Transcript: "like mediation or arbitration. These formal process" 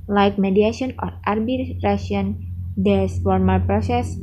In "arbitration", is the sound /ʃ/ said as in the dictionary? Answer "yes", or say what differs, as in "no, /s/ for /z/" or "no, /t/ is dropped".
no, /ʃ/ is dropped